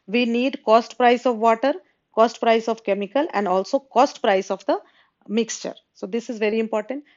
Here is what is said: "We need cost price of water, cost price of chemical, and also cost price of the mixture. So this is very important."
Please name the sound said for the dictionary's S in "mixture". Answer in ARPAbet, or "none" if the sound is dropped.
S